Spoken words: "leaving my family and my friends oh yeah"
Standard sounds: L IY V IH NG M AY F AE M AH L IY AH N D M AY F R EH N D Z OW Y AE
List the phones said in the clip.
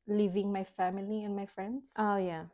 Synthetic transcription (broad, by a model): L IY V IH NG M AY F AE M AH L IY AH N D M AY F R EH N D S OW Y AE